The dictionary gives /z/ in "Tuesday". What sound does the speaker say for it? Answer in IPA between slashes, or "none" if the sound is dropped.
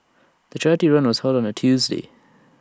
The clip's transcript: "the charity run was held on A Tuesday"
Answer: /z/